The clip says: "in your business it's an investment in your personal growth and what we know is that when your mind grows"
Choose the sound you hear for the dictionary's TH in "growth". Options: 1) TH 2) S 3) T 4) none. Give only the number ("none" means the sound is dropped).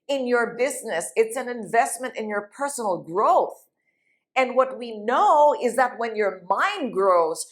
1